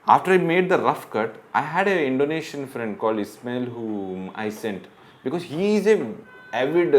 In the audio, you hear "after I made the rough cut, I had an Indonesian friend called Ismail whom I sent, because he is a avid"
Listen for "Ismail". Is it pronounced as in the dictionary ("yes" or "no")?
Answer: yes